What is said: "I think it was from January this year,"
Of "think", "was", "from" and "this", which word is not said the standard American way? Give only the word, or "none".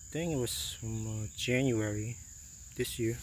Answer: think